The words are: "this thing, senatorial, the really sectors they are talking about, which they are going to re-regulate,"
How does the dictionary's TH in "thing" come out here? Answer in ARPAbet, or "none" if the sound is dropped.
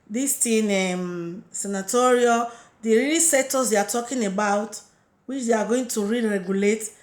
T